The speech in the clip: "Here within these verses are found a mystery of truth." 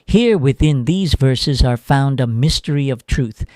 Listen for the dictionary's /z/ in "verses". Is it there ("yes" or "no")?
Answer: yes